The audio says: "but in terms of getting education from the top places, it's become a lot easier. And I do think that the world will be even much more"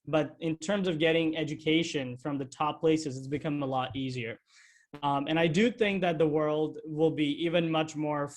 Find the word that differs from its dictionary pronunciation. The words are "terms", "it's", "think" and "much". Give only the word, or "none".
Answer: none